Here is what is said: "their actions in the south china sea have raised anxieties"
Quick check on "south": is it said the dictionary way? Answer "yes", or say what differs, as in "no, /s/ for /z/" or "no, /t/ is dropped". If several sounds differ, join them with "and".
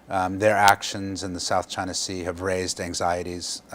yes